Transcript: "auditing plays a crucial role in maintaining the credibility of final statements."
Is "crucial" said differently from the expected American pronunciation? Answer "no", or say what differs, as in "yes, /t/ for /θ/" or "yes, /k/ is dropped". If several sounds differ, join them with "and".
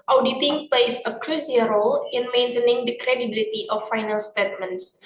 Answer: yes, /s/ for /ʃ/